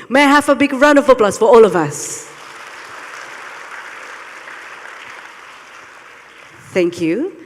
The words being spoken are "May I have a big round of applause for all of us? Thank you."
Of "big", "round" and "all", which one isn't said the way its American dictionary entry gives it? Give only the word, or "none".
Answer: round